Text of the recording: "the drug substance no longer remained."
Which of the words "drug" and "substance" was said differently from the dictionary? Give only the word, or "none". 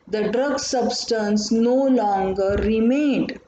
none